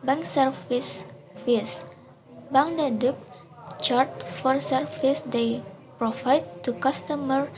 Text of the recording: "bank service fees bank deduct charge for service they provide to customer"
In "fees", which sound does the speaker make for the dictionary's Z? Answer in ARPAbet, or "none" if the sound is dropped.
S